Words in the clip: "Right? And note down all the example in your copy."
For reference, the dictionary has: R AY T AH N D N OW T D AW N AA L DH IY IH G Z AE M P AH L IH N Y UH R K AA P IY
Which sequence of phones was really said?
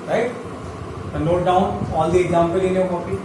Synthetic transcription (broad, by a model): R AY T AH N N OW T D AW N AA L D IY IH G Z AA M P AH L IH N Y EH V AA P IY